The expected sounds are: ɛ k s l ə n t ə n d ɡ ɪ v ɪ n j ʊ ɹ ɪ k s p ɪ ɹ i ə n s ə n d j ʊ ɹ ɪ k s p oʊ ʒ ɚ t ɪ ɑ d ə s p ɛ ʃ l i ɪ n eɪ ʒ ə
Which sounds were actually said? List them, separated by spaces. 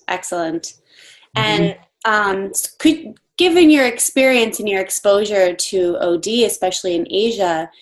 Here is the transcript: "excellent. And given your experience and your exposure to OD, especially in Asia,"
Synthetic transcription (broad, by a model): ɛ k s l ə n t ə n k ɡ ɪ v ɪ n j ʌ ɹ ɪ k s p ɪ ɹ i ə n s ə n j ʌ ɹ ɪ k s p oʊ ʒ ɚ t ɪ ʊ d ə s p ɛ ʃ l i ɪ n eɪ ʒ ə